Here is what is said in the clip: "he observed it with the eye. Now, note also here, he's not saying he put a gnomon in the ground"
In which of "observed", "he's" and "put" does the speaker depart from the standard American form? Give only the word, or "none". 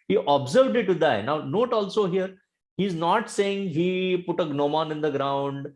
none